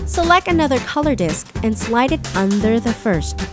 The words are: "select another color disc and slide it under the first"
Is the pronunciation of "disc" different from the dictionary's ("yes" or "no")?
no